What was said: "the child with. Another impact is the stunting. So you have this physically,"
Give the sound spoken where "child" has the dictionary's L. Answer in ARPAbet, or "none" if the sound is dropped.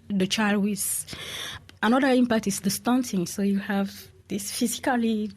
L